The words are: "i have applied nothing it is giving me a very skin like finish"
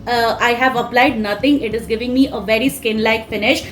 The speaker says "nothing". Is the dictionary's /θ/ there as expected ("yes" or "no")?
no